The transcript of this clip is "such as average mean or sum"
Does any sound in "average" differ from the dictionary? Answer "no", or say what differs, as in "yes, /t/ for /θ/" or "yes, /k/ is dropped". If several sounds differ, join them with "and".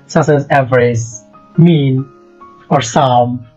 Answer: yes, /z/ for /dʒ/